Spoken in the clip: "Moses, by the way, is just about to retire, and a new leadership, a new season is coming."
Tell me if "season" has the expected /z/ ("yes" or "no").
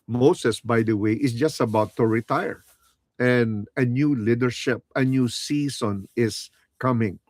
no